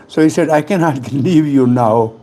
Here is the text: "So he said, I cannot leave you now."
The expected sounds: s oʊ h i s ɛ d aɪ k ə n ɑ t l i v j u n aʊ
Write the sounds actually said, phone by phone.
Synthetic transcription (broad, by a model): s oʊ h i s ɛ d aɪ k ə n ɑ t l i v j u n aʊ